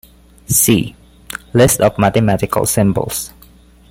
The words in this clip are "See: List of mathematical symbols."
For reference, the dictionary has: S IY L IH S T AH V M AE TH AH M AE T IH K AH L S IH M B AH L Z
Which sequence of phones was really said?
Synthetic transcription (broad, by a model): S IY L IH S T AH F M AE T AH M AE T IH K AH L S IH M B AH L S